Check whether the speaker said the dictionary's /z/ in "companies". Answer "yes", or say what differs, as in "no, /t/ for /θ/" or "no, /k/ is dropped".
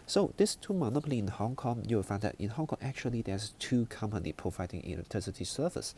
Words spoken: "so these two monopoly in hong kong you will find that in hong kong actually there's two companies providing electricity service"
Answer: no, /z/ is dropped